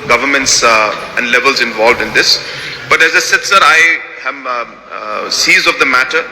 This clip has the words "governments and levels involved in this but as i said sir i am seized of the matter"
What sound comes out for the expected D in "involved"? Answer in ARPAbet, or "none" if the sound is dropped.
D